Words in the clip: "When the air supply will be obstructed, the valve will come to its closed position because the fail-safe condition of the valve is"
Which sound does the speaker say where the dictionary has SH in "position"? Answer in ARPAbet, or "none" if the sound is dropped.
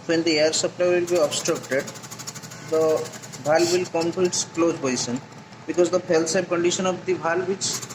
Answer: S